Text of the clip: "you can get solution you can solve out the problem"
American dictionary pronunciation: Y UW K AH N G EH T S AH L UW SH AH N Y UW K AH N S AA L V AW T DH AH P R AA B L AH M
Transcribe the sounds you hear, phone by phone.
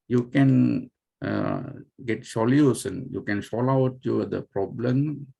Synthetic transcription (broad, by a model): Y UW K AH N G EH T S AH L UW S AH N Y UW K AH N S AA L AW T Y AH P R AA B L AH M